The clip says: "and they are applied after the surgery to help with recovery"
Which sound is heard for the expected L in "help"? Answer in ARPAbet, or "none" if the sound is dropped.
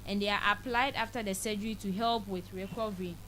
L